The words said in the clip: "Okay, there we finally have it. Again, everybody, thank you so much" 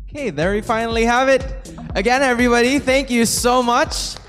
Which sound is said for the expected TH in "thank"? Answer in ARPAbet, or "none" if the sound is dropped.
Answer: TH